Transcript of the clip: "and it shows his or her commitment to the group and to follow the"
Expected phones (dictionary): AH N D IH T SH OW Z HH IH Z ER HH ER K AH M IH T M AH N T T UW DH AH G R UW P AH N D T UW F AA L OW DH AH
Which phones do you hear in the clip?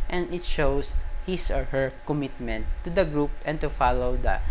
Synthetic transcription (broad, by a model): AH N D IH T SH OW S HH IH S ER HH ER K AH M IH T M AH N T T UW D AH G R UW P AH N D T UW F AA L OW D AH